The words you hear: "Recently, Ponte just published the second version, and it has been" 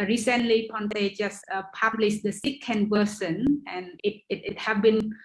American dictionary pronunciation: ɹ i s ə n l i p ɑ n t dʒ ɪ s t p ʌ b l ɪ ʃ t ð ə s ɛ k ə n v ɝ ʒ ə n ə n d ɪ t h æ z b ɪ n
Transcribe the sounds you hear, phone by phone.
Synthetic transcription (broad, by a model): ɹ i s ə n l i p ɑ n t dʒ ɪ s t p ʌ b l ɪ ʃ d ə s ɛ k ə n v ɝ s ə n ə n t ɪ t h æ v b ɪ n